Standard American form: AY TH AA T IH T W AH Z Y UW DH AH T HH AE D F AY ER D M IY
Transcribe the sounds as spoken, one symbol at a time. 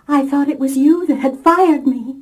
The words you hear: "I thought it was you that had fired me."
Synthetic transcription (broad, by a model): AY TH AA T IH T W AH Z Y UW DH AH T HH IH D F AY ER D M IY